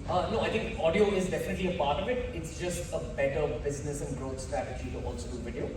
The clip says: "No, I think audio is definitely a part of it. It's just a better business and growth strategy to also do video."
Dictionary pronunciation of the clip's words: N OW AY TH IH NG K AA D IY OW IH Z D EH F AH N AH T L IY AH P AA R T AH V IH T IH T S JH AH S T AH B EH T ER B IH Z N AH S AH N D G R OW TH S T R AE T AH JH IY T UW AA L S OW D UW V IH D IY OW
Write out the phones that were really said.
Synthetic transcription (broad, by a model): N OW AY T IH NG K AA D IY OW IH Z D EH F AH N AH T L IY AH P AA R T AH V IH T IH T S JH AH S T AH B EH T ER B IH Z N AH S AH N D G R OW T S T R AE T AH JH IY T UW AA L S OW D UW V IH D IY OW